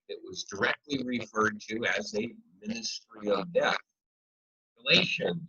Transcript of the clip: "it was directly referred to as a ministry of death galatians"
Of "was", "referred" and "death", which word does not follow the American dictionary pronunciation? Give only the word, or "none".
none